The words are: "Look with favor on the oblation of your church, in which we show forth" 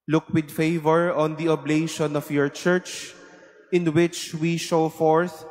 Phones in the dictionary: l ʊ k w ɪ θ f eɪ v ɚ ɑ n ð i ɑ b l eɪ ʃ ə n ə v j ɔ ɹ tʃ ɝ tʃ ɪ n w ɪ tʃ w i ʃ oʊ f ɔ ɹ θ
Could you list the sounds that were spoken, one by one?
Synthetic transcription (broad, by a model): l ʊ k w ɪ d f eɪ v ɚ ɑ n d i ɑ b l eɪ ʃ ə n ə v j ɔ ɹ tʃ ɝ tʃ ɪ n w ɪ tʃ w i ʃ oʊ f ɔ ɹ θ